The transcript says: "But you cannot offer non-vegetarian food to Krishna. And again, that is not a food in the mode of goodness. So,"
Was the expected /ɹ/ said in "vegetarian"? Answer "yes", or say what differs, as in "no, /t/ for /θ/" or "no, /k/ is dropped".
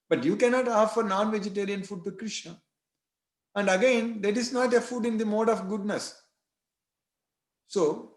yes